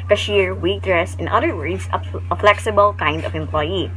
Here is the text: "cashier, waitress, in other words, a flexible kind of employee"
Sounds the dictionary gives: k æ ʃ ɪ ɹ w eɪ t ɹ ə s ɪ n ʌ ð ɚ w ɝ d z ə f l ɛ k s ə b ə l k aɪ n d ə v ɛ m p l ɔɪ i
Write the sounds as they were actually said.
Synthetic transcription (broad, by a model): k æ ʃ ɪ ɹ w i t ɹ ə s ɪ n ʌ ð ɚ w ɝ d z ə f l ɛ k s ə b ə l k aɪ n d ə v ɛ m p l ɔɪ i